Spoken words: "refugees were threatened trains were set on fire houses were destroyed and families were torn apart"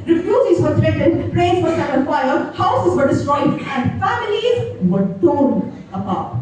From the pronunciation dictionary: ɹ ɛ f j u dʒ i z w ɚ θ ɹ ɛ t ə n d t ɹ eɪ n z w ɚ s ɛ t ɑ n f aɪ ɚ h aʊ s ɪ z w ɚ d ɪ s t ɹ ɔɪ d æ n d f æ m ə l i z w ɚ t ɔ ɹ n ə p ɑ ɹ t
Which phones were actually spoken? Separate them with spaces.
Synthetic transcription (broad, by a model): ɹ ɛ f j u dʒ i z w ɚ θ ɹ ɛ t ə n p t ɹ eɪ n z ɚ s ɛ ɑ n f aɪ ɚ h aʊ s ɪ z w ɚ d ɪ s t ɹ ɔɪ d æ n d f æ m ə l i z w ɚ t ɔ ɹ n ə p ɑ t